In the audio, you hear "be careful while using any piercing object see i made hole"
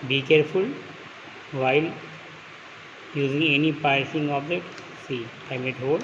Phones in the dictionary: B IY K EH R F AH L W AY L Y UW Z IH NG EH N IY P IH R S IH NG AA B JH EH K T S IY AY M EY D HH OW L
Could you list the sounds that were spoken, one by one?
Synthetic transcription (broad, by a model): B IY K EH R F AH L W AY L Y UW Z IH NG EH N IY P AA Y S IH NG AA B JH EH T S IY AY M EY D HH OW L